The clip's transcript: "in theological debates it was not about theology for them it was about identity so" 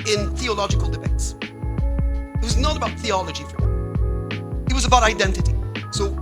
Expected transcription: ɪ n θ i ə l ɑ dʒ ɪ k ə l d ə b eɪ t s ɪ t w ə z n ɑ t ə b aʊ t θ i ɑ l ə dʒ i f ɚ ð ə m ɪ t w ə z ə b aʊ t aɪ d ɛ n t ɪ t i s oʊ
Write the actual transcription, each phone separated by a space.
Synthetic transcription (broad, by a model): ɪ n θ i ə l ɑ dʒ ɪ k ə l d ə b eɪ t s ɪ t w ə z n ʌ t ə b aʊ t θ i ɑ l ə dʒ i f ɚ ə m ɪ t w ə z ə b aʊ t aɪ d ɛ n t ɪ t i s oʊ